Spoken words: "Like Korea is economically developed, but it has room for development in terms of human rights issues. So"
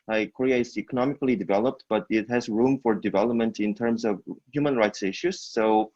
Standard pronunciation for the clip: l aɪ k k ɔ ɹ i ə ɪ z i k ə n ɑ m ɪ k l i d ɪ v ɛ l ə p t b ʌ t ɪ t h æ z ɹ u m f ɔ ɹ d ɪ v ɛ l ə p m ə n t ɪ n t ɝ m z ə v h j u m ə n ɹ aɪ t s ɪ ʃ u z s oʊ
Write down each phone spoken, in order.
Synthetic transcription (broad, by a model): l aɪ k k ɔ ɹ i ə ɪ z i k ə n ɑ m ɪ k l i d ɪ v ɛ l ə p t b ʌ t ɪ t h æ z ɹ u m f ɔ ɹ d ɪ v ɛ l ə p m ə n t ɪ n t ɝ m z ə v h j u m ə n ɹ aɪ t s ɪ ʃ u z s oʊ